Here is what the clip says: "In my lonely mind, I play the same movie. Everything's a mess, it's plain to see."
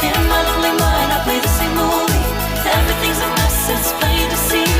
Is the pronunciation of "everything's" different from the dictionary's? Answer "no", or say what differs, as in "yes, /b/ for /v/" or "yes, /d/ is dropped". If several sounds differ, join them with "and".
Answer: no